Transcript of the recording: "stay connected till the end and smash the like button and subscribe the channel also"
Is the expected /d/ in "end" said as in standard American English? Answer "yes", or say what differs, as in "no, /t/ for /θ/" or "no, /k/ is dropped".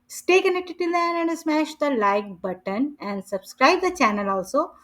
no, /d/ is dropped